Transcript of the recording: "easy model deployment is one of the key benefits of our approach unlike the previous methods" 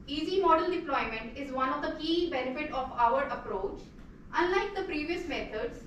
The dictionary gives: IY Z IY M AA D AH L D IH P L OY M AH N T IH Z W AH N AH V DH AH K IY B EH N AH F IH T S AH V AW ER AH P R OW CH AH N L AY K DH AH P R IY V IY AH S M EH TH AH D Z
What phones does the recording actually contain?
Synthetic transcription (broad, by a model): IY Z IY M AA D AH L D IH P L OY M AH N T IH Z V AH N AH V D AH K IY B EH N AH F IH T AH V AW ER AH P R OW CH AH N L AY K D AH P R IY V IY AH S M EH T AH D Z